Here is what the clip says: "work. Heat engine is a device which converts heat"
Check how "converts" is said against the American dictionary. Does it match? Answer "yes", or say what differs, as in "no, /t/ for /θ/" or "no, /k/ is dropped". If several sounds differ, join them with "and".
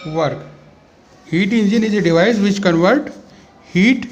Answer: no, /s/ is dropped